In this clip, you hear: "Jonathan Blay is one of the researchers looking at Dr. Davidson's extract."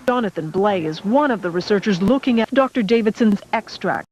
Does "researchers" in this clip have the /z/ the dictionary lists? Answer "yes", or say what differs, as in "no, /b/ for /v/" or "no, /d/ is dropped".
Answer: yes